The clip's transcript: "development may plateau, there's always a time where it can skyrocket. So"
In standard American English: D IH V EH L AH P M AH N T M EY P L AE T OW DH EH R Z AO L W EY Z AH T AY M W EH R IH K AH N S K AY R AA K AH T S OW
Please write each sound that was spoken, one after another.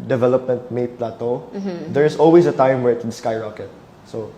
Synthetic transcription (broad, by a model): D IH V EH L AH P M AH N T M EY P L AE T OW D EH R S AO L W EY S AH T AY M W EH R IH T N S K AY R AA K AH T S OW